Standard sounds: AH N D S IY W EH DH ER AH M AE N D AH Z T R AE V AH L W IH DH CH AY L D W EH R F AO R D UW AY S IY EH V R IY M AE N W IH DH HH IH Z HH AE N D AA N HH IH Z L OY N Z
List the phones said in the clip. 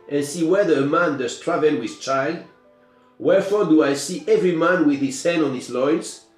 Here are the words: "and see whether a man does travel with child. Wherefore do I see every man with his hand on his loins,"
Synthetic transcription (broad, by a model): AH N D S IY W EH DH ER AH M AE N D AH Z T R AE V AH L W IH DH CH AY L D W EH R F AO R D UW AY S IY EH V R IY M AE N W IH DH HH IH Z HH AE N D AA N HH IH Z L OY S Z